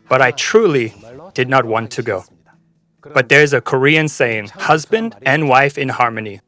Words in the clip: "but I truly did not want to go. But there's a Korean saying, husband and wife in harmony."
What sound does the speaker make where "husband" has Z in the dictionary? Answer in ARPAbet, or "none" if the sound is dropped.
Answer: Z